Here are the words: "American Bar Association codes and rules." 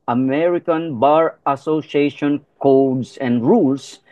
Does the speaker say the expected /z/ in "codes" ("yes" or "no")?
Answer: no